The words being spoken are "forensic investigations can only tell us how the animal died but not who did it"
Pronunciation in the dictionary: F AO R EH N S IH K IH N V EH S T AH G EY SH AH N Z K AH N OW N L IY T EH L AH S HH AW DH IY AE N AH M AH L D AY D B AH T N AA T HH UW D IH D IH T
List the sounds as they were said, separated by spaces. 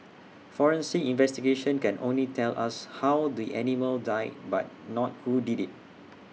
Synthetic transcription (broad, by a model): F AO R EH N S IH IH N V EH S T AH G EY SH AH N K AH N OW N L IY T EH L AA S HH AW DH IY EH N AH M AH L D AY B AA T N AA T HH UW D IH D IH T